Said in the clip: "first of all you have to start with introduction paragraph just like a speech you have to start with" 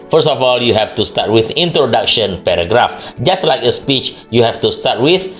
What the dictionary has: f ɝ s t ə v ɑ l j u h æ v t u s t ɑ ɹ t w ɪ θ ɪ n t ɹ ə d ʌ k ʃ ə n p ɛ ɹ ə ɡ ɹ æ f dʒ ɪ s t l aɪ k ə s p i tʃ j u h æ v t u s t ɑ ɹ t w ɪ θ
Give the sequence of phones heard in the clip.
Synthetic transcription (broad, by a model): f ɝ s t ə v ɑ l j u h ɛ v t u s t ɑ t w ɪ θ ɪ n t ɹ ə d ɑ k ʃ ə n p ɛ ɹ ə ɡ ɹ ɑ f dʒ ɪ s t l aɪ k ə s p i tʃ j u h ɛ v t u s t ɑ t w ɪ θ